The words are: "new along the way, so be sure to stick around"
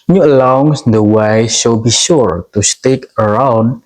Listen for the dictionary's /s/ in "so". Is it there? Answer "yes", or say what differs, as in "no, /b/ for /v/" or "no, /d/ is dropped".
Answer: no, /ʃ/ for /s/